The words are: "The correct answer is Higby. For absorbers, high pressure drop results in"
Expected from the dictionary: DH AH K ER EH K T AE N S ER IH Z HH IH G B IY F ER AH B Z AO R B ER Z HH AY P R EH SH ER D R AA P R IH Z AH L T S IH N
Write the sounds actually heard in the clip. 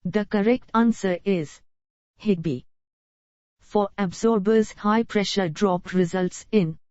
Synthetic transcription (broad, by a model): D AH K ER EH K T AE N S ER IH Z HH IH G B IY F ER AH B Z AO R B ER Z HH AY P R EH SH ER D R AA P R IH Z AH L T S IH N